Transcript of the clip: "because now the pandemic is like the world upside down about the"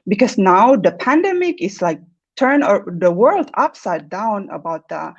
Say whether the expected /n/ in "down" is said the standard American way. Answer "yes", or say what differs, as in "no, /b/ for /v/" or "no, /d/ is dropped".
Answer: yes